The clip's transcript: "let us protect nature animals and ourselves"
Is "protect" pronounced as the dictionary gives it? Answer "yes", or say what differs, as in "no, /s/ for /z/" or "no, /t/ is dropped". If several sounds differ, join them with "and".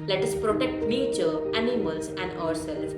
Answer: yes